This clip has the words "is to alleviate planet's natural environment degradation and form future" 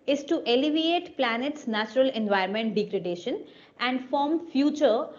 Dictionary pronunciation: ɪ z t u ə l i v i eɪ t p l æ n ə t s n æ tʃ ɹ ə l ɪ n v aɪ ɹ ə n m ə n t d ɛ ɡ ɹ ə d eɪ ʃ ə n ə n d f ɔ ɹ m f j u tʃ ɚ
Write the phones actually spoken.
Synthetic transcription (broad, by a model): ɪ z t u ə l i v i eɪ t p l æ n ə t s n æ tʃ ɹ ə l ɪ n v aɪ ə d m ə n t d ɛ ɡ ɹ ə d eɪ ʃ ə n ə n d f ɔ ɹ m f j u tʃ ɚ